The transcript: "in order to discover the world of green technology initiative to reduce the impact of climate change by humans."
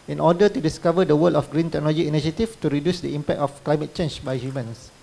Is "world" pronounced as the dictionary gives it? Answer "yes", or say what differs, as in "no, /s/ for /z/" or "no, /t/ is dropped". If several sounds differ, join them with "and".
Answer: no, /d/ is dropped